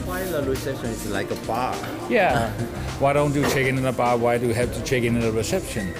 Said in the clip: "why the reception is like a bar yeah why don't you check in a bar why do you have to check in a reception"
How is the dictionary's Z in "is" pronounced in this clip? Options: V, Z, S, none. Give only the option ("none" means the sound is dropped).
S